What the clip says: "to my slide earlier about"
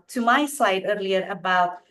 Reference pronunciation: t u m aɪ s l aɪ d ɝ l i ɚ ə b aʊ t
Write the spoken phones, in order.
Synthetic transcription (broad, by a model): t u m aɪ s aɪ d ɝ l i ɚ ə b aʊ t